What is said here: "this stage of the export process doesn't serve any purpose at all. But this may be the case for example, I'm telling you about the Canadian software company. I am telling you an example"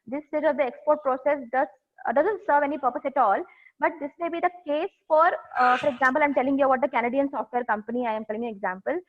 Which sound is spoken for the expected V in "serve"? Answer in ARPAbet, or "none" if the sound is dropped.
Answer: V